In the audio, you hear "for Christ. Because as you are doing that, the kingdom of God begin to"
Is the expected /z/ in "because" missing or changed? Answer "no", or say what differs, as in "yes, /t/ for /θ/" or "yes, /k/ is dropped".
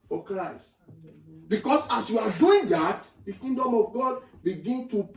yes, /s/ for /z/